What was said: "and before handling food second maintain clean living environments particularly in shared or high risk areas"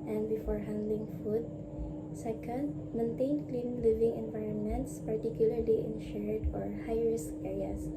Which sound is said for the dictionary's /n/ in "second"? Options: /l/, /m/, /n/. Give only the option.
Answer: /l/